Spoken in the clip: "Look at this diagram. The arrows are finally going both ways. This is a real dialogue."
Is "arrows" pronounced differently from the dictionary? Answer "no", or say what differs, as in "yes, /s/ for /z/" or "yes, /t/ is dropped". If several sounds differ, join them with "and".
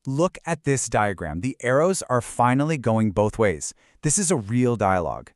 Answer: no